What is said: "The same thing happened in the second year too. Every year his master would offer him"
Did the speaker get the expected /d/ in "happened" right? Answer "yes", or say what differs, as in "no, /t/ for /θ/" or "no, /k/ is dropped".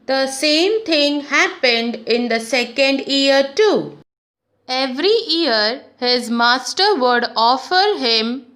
yes